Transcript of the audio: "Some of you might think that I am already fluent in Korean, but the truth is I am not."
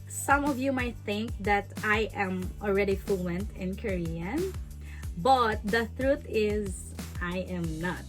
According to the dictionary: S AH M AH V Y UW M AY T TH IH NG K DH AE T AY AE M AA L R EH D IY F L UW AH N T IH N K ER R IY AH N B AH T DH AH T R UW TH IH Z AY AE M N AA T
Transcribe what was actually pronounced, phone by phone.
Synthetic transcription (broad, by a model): S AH M AH V Y UW M AY T TH IH NG K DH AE T AY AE M AA L R EH D IY F L UW AH N T IH N K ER R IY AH N B AH T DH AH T R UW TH IH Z AY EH M N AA T